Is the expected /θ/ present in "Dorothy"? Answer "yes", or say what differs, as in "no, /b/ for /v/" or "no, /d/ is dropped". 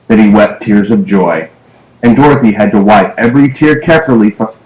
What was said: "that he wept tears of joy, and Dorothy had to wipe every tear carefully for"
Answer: yes